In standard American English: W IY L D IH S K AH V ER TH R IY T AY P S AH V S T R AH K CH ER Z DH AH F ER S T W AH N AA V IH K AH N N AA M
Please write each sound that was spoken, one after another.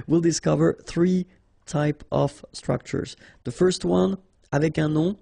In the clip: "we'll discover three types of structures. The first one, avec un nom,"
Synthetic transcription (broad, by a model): W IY L D IH S K AH V ER TH R IY T AY P AH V S T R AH K CH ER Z DH AH F ER S T W AH N AA V IH K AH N N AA